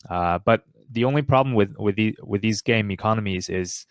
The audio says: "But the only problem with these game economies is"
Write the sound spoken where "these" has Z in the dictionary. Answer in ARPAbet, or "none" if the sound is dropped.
Z